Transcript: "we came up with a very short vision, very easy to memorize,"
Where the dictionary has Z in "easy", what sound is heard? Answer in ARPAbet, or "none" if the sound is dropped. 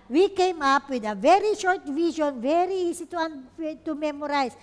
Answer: S